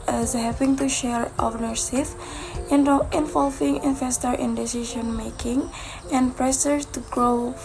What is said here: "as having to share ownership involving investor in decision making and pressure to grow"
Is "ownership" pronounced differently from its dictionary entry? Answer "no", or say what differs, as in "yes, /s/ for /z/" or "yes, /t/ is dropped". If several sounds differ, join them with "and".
yes, /s/ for /ʃ/